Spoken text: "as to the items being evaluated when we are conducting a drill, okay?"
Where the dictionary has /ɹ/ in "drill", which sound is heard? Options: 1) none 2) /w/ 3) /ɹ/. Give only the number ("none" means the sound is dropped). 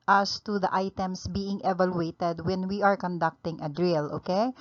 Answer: 3